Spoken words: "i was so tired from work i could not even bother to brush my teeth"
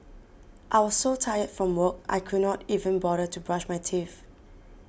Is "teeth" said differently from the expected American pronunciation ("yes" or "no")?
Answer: yes